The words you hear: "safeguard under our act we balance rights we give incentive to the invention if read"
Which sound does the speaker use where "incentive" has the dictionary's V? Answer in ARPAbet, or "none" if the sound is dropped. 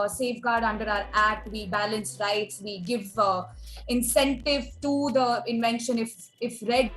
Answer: V